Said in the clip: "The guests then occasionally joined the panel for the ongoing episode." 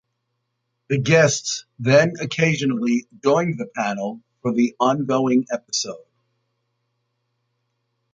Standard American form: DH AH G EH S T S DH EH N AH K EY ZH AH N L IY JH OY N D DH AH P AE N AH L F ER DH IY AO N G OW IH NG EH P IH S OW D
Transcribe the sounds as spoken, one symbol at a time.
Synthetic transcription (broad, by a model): DH AH G EH S T S DH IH N AH K EY ZH AH N L IY JH OY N DH AH P AE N L F ER DH IY AO N G OW IH NG EH P IH S OW D